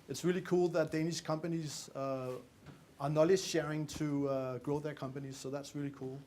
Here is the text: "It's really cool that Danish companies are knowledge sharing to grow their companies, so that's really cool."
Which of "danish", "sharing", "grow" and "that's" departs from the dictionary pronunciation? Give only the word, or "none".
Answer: none